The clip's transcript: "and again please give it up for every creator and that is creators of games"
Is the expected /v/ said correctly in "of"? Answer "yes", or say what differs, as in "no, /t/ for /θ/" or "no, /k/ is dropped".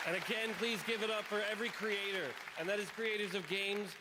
yes